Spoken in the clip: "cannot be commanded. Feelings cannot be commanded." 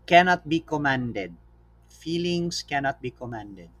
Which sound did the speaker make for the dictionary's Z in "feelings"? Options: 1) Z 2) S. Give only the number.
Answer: 2